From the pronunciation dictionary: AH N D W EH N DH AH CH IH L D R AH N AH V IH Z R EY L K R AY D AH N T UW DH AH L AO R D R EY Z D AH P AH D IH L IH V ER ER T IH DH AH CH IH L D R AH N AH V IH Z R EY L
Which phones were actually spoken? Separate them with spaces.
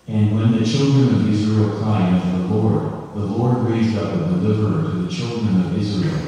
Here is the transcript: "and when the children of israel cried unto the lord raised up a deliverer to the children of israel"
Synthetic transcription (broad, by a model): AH N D W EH N DH AH CH IH L D R AH N AH V IH Z R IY L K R AY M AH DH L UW DH AH L AO R D R EY Z D AH P AH D IH L IH V ER ER T IH DH AH CH IH L D R AH N AH V IH Z R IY L